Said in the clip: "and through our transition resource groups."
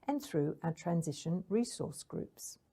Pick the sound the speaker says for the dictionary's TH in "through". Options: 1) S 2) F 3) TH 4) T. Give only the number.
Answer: 3